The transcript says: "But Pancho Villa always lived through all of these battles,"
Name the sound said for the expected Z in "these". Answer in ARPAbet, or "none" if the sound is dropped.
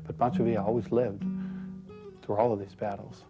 Z